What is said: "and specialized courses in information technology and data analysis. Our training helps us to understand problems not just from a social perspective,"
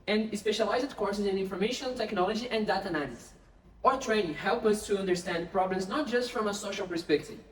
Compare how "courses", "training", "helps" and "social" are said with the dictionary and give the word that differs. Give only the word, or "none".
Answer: helps